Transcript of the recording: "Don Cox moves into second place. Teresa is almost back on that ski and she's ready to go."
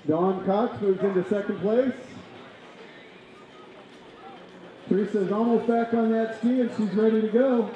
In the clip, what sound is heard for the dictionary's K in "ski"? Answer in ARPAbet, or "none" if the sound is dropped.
K